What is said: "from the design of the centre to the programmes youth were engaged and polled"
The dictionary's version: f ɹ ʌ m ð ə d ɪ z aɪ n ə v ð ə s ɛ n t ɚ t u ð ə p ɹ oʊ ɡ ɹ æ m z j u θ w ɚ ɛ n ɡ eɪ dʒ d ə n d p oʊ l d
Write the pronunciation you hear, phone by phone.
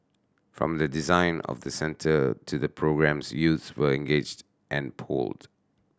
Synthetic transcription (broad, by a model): f ɹ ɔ m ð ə d ɪ z aɪ n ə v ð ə s ɛ n t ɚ t u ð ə p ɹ oʊ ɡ ɹ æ m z j u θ w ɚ ɛ n ɡ eɪ dʒ d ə n p oʊ l d